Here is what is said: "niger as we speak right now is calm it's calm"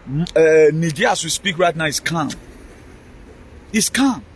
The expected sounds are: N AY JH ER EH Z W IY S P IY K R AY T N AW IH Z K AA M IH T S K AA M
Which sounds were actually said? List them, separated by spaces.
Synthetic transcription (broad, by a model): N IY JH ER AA S W IY S P IY K R AY T N AW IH S K AA M IH T S K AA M